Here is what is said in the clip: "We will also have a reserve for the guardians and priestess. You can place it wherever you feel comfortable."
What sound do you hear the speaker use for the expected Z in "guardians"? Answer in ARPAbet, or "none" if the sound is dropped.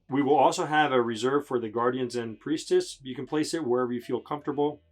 Z